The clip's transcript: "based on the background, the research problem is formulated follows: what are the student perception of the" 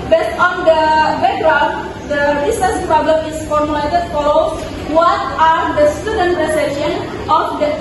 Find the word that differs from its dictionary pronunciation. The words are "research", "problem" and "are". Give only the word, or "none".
research